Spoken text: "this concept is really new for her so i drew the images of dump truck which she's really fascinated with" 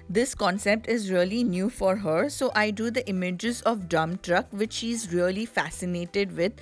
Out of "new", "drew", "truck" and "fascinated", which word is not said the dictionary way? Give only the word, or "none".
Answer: drew